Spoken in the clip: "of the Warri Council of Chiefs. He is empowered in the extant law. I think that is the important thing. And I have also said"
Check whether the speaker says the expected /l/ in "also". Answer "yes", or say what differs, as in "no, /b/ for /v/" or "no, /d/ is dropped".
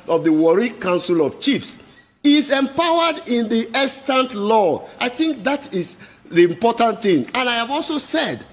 yes